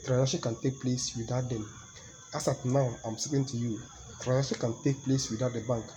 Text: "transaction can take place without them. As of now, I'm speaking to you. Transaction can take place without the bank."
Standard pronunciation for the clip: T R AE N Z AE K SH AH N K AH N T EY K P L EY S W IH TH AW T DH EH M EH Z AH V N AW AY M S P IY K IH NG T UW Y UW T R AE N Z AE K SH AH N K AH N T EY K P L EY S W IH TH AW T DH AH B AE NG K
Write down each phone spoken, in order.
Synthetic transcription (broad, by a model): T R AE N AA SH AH K AH N T EY K P L EY S W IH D AW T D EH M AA S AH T N AW AY M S IY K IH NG T UW Y UW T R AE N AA SH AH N K AH N T EY K P L EY S W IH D AW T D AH B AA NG K